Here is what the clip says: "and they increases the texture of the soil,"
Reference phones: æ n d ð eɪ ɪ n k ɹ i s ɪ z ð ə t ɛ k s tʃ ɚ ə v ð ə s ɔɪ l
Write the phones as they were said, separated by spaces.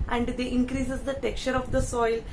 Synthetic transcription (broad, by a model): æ n d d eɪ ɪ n k ɹ i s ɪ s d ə t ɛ k tʃ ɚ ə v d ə s ɔɪ l